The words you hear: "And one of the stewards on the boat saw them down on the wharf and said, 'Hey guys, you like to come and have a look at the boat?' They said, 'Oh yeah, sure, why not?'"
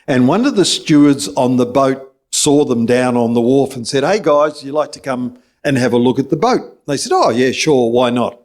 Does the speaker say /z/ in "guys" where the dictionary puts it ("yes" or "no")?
yes